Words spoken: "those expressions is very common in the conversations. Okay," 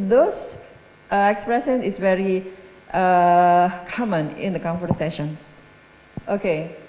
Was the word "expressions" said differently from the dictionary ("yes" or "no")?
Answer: yes